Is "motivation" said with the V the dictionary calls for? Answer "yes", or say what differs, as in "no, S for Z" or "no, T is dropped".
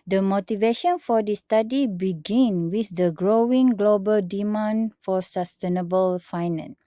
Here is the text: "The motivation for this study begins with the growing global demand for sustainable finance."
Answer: yes